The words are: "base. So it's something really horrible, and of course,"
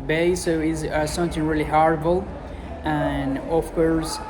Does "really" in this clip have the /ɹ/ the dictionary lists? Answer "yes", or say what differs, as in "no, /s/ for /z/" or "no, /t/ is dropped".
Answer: yes